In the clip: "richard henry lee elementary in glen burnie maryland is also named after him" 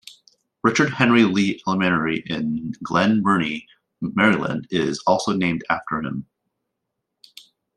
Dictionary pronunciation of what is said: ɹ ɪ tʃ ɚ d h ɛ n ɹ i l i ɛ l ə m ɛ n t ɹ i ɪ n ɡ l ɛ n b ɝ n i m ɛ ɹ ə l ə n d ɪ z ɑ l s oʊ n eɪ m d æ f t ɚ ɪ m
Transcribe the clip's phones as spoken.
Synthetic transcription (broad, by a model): ɹ ɪ tʃ ɚ d h ɛ n ɹ i l i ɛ l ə m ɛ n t ɹ i ɪ n ɡ l ɛ n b ɝ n i m ɛ ɹ ə l ə n d ɪ z ɑ l s oʊ n eɪ m d æ f t ɚ ɪ m